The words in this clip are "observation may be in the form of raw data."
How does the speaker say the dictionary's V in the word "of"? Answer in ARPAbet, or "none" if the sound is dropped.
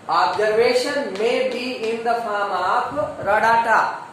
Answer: P